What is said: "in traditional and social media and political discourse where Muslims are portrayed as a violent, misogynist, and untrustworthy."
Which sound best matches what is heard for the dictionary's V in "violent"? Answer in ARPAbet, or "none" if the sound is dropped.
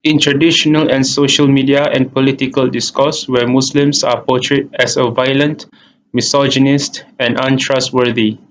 V